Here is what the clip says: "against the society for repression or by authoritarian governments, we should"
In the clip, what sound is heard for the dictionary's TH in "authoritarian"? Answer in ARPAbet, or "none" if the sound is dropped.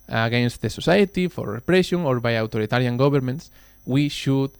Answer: T